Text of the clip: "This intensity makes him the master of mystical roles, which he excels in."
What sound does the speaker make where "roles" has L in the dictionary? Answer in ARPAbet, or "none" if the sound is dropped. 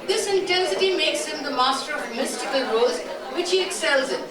none